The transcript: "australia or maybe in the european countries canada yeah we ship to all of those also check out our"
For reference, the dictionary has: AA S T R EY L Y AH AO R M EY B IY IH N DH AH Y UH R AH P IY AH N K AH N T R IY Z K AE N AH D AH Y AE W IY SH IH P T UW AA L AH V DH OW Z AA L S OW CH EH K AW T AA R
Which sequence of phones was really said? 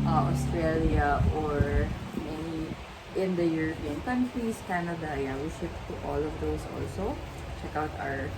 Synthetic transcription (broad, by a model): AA S T R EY L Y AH AO R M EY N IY IH N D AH Y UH R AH P IY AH N K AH N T R IY S K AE N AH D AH Y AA W IY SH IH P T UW AA L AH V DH OW S AA L S OW CH EH K AW T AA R